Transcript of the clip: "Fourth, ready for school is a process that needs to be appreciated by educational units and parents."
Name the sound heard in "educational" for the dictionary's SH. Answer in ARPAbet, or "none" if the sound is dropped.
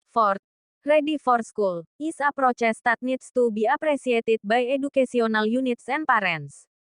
S